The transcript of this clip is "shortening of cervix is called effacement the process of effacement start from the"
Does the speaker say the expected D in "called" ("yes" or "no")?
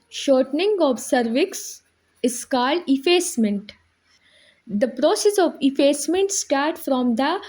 yes